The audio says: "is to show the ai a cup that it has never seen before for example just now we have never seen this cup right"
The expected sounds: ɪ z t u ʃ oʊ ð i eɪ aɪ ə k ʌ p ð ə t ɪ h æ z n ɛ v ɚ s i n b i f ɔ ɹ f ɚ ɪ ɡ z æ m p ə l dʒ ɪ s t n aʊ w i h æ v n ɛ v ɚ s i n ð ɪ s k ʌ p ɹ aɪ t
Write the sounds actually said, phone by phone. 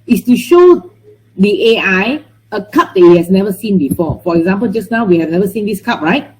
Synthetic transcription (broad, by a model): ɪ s t u ʃ oʊ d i eɪ aɪ ə k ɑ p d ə t ɪ h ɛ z n ɛ v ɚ s i n b i f ɔ f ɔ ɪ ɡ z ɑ m p ə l dʒ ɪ s n aʊ w i h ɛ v n ɛ v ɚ s i n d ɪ s k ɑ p ɹ aɪ t